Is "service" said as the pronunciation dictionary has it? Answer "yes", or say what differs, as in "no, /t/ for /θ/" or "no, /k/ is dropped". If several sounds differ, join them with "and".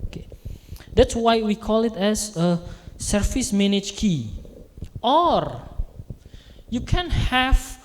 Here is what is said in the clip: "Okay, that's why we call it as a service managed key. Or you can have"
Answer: no, /f/ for /v/